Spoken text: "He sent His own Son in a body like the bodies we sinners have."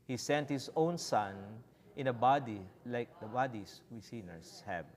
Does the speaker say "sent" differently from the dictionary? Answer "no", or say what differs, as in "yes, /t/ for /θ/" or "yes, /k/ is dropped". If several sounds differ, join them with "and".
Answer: no